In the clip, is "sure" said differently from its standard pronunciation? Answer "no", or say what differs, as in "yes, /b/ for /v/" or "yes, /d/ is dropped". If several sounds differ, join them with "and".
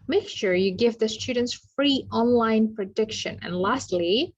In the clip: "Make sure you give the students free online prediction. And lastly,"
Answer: no